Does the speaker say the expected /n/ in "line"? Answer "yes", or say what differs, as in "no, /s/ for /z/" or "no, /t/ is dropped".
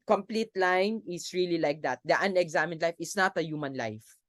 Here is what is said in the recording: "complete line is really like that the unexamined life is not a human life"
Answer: yes